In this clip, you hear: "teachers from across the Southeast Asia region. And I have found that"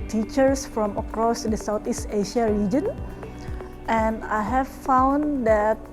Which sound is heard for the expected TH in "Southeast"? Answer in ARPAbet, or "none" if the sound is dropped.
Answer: T